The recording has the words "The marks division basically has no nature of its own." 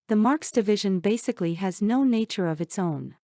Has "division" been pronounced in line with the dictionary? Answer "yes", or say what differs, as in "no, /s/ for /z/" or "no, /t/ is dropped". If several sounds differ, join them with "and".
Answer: yes